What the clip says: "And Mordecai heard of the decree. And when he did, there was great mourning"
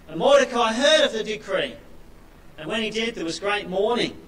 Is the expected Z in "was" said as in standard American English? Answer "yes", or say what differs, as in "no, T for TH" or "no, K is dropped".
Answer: yes